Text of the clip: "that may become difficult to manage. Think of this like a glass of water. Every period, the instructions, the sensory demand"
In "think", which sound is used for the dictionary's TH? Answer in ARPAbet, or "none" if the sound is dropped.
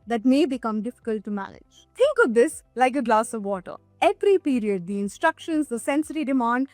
T